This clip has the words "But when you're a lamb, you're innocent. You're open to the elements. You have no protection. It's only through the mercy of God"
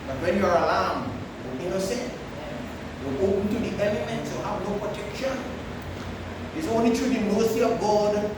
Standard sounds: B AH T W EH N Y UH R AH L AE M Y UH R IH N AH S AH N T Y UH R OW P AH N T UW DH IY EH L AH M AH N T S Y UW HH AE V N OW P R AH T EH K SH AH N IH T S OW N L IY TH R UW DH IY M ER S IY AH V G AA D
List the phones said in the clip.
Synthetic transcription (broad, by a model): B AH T W EH N Y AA R AH L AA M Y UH L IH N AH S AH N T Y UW L OW P AH N T UW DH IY EH L AH M AH N T S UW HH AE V N OW P R AH T EH K SH AH N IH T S OW N L IY T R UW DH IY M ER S IY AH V G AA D